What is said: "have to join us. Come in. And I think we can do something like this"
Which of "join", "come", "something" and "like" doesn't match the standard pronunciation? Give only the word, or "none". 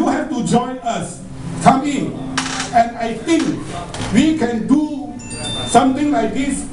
something